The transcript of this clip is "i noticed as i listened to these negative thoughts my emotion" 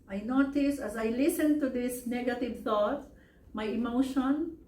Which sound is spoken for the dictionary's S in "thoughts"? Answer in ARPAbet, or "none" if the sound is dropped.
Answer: none